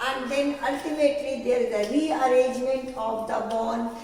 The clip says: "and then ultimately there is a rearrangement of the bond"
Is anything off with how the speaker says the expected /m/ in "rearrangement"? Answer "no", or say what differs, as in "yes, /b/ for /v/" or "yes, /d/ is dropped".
no